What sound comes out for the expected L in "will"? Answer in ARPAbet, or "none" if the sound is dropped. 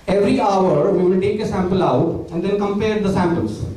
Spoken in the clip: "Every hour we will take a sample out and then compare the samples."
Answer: N